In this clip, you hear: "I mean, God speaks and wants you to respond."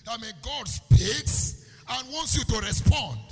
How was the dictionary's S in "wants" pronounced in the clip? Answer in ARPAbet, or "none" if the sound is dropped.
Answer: S